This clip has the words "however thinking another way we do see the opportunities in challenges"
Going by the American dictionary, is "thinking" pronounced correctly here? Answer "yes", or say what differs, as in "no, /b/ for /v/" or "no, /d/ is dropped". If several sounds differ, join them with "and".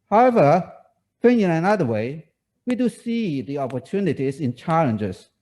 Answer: no, /f/ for /θ/ and /k/ is dropped